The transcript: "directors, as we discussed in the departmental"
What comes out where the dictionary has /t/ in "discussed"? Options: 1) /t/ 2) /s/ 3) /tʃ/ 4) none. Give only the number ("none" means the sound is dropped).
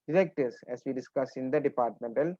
4